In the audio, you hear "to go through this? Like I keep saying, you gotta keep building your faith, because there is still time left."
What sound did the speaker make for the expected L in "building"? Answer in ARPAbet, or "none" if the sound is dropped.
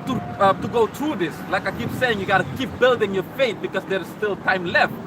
L